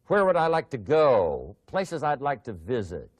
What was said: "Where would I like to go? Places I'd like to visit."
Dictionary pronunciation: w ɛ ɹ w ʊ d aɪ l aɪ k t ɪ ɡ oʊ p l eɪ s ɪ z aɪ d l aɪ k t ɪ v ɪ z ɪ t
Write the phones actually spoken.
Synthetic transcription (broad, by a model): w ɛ ɹ w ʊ d aɪ l aɪ k t ɪ ɡ oʊ p l eɪ s ɪ z aɪ d l aɪ k t ɪ v ɪ z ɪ t